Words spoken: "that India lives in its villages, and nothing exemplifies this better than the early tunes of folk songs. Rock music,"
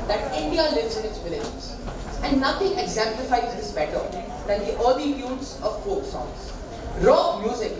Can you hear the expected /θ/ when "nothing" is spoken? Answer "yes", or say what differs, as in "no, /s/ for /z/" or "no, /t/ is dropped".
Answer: no, /t/ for /θ/